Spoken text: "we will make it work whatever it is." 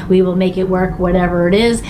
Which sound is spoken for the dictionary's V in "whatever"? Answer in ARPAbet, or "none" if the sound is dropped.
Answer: V